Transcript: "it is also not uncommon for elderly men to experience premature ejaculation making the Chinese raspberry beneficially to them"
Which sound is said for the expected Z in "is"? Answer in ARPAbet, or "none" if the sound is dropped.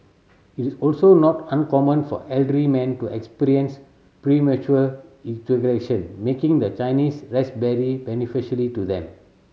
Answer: S